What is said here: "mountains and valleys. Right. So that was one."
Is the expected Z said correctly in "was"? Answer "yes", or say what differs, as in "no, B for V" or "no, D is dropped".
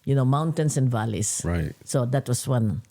no, S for Z